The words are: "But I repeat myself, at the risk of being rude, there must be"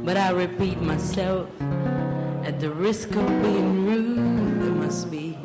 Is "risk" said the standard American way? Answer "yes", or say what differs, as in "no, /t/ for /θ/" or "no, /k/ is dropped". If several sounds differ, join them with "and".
yes